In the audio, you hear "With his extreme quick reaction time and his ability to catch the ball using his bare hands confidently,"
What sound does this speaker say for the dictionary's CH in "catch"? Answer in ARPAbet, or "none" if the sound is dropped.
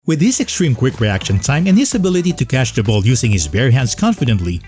SH